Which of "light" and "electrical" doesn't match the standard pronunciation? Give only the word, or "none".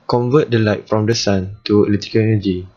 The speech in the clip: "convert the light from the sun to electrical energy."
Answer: electrical